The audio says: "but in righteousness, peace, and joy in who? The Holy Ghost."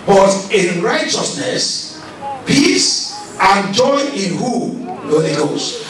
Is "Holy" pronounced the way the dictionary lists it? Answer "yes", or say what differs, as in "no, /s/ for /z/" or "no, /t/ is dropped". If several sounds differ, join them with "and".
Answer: no, /l/ is dropped